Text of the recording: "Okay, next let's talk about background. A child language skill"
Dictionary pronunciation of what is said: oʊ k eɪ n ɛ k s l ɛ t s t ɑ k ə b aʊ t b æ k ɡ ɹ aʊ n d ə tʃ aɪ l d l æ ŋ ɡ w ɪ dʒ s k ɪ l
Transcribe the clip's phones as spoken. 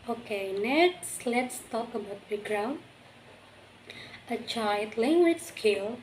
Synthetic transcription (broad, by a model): oʊ k eɪ n ɛ k s l ɛ t s t ɑ k ə b aʊ t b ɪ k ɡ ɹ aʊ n ə tʃ aɪ l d l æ ŋ ɡ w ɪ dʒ s k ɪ l